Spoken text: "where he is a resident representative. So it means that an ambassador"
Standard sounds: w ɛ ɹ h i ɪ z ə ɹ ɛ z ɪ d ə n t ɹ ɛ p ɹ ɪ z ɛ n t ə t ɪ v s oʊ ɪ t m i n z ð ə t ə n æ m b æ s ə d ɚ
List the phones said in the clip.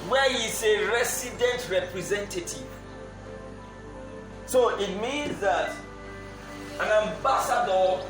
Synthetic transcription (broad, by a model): w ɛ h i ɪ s ə ɹ ɛ s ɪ d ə n t ɹ ɛ p ɹ ɪ z ɛ n t ə t ɪ v s oʊ ɪ t m i n z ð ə t ə n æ m b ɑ s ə d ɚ